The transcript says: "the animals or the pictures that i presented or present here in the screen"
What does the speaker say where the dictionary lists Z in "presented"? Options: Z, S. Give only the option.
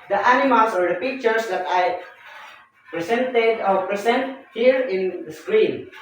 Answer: S